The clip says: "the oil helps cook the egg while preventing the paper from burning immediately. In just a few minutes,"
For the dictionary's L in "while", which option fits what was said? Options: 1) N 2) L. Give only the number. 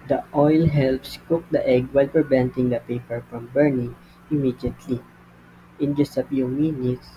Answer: 2